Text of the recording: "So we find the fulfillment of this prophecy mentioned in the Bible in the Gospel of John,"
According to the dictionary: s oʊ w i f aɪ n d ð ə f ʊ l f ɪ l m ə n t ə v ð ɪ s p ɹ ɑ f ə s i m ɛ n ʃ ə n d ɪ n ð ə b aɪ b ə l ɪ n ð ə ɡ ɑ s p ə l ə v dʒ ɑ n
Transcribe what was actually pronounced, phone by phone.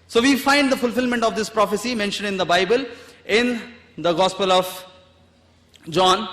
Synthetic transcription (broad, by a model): s oʊ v i f aɪ n d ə f ʊ l f ɪ l m ə n t ə v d ɪ s p ɹ ɑ f ə s i m ɛ n ʃ ə n d ɪ n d ə b aɪ b ə l ɪ n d ə ɡ ɑ s p ə l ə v dʒ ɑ n